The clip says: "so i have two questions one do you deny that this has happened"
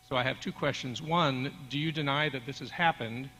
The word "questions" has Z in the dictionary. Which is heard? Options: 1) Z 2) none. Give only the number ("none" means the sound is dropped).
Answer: 1